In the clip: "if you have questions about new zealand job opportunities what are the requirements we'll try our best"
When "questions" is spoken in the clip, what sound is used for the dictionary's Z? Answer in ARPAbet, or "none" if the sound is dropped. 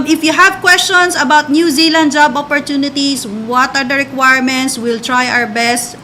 S